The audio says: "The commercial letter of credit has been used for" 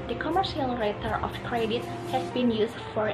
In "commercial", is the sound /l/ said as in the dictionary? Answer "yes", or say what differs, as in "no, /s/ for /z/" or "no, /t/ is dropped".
yes